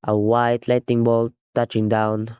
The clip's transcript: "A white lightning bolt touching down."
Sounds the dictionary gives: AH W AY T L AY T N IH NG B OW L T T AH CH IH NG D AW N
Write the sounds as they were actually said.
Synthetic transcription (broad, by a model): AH W AY T L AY T IH NG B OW L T T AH CH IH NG D AW N